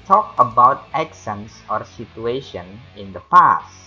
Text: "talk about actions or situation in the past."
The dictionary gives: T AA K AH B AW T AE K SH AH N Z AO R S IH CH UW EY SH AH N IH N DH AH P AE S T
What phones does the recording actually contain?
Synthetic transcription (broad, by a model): T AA K AH B AW T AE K S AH N S AO R S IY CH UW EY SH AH N IH N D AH P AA S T